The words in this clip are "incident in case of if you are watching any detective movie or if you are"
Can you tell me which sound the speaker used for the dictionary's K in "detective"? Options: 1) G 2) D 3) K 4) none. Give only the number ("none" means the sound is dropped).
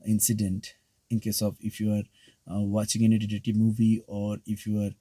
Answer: 4